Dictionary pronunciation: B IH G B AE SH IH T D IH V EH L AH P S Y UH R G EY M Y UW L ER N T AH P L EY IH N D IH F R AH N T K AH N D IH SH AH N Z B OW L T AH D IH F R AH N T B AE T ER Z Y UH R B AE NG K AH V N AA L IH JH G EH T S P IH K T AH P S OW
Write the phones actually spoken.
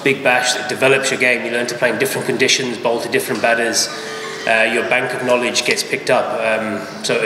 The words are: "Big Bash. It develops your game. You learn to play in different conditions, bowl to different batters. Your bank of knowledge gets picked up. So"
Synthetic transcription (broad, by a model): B IH G B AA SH IH T D IH V EH L AH P S Y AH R G EY M Y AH L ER N T AH P L EY IH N D IH F R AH N K AH N D IH SH AH N Z B OW L T AH D IH F R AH N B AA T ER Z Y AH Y B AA NG K AH V N AA L IH JH G EH T S P IH K T AH P S OW